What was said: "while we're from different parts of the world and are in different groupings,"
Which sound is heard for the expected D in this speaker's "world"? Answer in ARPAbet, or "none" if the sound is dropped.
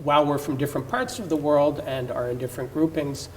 D